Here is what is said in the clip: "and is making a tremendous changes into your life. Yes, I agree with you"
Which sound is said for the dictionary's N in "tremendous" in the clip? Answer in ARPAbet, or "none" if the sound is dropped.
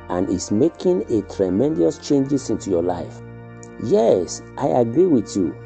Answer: N